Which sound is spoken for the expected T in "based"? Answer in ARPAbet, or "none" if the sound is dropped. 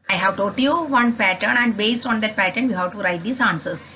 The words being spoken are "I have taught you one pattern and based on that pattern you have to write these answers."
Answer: T